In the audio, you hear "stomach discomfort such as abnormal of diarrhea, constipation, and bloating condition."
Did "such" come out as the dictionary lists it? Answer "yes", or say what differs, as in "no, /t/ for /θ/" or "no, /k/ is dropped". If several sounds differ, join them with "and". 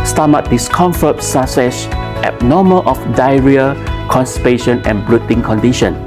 no, /s/ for /tʃ/